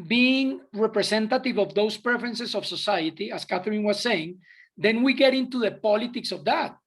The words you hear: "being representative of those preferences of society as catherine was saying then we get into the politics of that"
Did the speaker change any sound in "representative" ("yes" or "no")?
yes